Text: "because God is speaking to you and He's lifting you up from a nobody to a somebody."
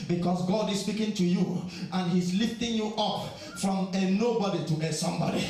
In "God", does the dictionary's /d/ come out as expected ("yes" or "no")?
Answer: yes